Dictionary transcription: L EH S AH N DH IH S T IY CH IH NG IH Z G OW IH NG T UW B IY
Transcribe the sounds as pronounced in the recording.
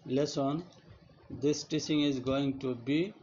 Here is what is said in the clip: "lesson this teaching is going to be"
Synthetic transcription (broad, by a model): L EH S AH N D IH S T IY S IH NG IH Z G OW IH NG T UW B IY